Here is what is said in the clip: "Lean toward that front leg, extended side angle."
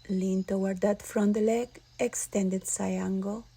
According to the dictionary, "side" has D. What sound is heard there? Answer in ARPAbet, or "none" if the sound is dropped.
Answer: none